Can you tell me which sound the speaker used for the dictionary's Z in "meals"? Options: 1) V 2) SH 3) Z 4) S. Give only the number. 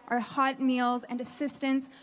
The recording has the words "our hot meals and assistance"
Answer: 3